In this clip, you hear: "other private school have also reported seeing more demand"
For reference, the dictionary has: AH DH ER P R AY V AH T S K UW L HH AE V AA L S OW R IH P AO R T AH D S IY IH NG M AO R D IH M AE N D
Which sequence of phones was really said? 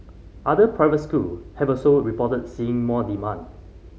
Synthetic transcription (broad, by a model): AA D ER P R AY V AH T S K UW L HH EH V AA S OW R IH P AO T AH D S IY IH NG M AO D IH M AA N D